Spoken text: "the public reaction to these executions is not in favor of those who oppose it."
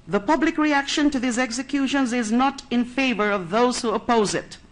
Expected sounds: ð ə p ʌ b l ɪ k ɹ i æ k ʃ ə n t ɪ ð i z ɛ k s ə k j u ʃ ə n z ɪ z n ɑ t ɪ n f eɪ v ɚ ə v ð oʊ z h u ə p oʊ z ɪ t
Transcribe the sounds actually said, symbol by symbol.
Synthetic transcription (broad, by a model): ð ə p ʌ b l ɪ k ɹ i æ k ʃ ə n t ɪ ð i z ɛ k s ə k j u ʃ ə n z ɪ z n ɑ t ɪ n f eɪ v ɚ ə v ð oʊ z h u ə p oʊ z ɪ t